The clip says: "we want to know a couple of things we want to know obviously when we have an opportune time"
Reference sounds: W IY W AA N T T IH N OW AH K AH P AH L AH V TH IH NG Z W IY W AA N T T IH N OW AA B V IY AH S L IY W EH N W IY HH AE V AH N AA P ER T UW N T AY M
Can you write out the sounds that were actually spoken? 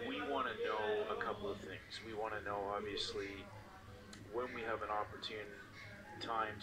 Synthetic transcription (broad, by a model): W IY W AA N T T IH N OW AH K AH P L AH V TH IH NG Z W IY W AA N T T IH N OW AA B V IY AH S L IY W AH N W IY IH V AH N AA P ER T UW N T AY M